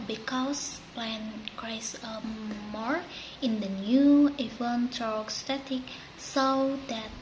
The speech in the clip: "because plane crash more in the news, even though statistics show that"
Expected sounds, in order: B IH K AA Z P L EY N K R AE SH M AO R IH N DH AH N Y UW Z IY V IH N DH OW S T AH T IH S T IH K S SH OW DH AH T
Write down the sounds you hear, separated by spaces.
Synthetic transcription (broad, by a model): B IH K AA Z P L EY N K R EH S M AO R IH N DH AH N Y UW IY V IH N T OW S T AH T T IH K S OW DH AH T